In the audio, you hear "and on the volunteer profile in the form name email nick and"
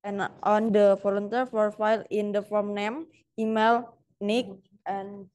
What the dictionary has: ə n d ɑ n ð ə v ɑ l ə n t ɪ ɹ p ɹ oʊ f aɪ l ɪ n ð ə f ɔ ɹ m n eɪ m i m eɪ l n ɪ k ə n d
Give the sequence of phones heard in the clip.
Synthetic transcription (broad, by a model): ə n ɑ n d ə f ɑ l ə n t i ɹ f ɹ f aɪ l ɪ n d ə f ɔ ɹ m n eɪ m i m eɪ l n ɪ k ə n